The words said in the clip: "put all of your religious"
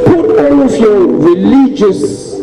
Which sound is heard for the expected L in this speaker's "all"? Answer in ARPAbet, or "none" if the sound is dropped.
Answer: N